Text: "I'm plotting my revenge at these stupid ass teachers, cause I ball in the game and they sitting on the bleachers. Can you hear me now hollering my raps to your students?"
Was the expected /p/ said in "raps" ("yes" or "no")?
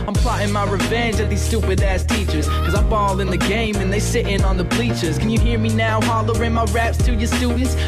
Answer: yes